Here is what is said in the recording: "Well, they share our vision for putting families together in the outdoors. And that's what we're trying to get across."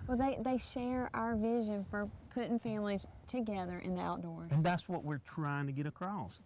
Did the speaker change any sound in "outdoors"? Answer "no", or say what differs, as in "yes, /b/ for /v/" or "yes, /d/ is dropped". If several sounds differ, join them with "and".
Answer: yes, /z/ is dropped